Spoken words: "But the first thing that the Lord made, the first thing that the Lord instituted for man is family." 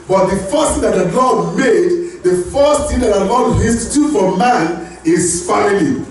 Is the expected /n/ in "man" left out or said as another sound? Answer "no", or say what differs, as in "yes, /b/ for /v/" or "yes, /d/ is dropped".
no